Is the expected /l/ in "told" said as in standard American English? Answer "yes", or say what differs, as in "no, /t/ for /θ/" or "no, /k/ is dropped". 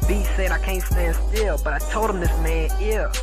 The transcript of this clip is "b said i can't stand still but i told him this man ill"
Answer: yes